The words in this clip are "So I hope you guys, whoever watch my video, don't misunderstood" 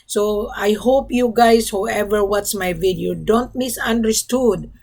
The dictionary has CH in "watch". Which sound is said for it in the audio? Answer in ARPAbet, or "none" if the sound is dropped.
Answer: S